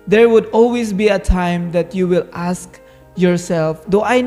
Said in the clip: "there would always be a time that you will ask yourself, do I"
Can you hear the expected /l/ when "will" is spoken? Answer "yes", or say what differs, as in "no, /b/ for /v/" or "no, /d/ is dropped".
yes